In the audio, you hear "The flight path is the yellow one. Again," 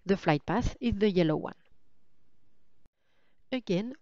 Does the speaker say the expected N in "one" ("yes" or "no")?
yes